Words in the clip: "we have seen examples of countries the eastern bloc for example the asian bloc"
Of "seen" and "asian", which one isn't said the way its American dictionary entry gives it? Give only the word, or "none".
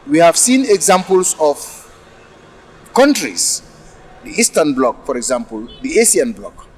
asian